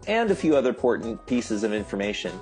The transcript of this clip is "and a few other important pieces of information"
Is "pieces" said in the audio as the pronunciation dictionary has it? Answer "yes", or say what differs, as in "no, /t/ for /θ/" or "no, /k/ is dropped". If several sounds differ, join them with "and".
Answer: yes